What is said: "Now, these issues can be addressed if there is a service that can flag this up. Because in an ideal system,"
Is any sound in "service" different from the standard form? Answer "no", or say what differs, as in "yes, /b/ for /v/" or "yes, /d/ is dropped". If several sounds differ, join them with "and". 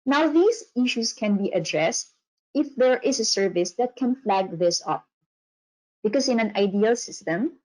no